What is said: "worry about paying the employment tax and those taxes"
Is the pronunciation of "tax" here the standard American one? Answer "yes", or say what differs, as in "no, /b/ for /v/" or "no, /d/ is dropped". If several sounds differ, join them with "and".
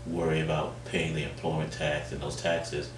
yes